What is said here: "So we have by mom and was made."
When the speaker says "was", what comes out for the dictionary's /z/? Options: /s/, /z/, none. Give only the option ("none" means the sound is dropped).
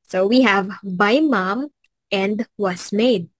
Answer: /s/